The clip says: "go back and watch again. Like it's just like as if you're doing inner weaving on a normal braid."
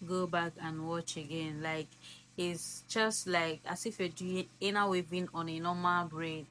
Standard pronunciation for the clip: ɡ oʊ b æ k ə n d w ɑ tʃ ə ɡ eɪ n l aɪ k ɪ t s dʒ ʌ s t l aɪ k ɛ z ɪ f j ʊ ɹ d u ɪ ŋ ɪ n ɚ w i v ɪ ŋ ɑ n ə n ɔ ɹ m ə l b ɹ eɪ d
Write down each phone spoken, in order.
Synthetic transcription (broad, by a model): ɡ oʊ b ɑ k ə n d w ɑ tʃ ə ɡ eɪ n l aɪ k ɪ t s dʒ ʌ s t l aɪ k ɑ s ɪ f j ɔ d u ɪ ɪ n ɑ w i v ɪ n ɑ n ə n ɔ m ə l b ɹ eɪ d